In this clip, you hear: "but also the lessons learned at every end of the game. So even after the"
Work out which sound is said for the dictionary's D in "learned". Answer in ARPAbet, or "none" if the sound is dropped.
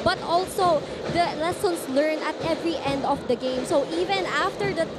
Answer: none